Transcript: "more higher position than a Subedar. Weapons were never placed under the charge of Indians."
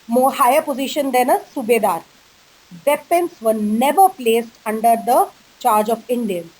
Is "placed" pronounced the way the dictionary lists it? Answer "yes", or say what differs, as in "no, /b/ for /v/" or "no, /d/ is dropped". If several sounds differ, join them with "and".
yes